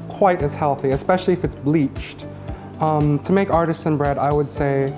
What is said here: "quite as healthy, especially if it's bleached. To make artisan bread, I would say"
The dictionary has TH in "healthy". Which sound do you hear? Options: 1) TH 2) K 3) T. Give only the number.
1